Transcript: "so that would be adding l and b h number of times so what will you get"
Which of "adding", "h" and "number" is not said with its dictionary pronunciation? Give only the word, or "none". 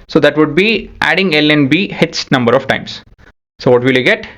h